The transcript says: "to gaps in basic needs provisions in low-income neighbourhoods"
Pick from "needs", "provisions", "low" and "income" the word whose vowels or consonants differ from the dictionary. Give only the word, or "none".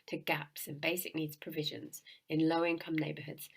none